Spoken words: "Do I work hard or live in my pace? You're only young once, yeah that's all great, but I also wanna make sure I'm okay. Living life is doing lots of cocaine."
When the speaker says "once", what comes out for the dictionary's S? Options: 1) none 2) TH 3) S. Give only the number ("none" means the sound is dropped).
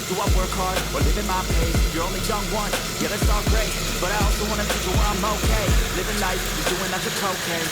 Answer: 1